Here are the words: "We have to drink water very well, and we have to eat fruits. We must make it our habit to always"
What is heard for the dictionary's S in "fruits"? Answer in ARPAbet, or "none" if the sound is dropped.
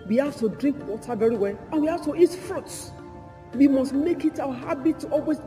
none